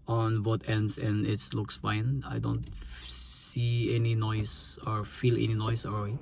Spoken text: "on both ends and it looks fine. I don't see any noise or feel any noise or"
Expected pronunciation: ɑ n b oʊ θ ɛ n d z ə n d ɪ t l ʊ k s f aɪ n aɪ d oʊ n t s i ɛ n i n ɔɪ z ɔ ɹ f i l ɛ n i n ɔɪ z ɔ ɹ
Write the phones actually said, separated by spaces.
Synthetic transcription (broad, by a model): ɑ n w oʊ t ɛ n d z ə n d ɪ t l ʊ k s f aɪ n aɪ d oʊ n t s i ɛ n i n ɔɪ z ɔ ɹ f i l ɛ n i n ɔɪ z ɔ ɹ